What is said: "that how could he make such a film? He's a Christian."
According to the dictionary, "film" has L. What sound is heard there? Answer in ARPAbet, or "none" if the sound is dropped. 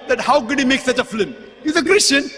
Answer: none